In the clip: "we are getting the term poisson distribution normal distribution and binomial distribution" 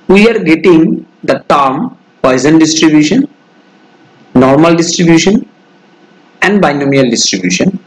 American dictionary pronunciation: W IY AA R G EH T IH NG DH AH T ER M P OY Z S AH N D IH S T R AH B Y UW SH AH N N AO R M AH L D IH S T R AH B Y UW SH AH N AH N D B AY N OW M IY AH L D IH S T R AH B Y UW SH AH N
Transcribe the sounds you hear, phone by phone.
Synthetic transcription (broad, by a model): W IY AA R G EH T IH NG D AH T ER M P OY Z AH N D IH S T R AH B Y UW SH AH N N AO R M AH L D IH S T R AH B Y UW SH AH N AH N D B AY N OW M IY AH L D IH S T R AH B Y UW SH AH N